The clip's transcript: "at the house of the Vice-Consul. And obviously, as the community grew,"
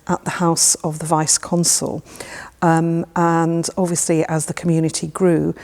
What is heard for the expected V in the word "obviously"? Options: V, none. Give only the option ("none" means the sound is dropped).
V